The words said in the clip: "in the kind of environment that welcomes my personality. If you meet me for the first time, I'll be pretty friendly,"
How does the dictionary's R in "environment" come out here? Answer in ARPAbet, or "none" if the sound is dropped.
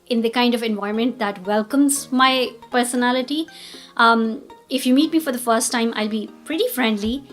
none